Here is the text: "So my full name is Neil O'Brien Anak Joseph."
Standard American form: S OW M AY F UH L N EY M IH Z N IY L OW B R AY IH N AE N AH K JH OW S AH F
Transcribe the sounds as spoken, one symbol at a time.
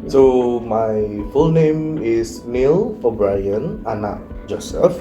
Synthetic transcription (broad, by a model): S OW M AY F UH L N EY M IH S N IY L OW B R AY IH N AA N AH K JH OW S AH F